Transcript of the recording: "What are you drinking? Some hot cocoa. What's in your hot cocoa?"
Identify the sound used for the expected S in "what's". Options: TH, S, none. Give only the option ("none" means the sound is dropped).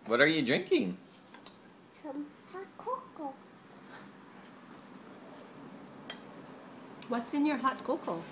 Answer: S